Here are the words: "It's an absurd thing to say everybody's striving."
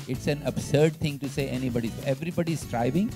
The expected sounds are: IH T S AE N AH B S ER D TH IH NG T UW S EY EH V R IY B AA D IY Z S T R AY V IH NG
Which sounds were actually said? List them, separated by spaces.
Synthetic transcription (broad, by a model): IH T S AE N AH B S ER D T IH NG T UW S EY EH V R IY B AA D IY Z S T R AY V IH NG